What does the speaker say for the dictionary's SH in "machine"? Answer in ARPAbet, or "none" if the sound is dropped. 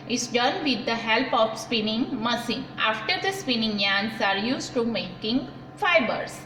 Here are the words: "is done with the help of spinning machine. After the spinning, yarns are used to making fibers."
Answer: S